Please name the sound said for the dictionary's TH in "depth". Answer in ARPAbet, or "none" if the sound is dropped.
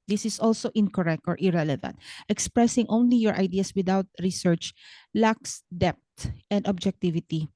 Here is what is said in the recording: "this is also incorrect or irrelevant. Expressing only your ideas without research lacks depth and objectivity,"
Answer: T